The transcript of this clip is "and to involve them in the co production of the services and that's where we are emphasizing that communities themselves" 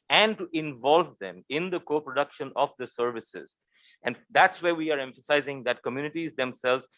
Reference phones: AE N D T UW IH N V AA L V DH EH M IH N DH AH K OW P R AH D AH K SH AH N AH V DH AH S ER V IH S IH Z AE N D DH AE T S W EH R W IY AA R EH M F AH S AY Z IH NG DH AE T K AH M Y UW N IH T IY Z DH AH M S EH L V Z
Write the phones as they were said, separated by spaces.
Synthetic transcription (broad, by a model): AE N D T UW IH N V AA L V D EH M IH N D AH K OW P R AH D AH K SH AH N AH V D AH S ER V IH S IH Z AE N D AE T S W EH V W IY AA R EH M F AH S AY Z IH NG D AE T K AH M Y UW N IH T IY Z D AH M S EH L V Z